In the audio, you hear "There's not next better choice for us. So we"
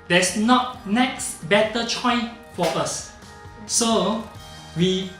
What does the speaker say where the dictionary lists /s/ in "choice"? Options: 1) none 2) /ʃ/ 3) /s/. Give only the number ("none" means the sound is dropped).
1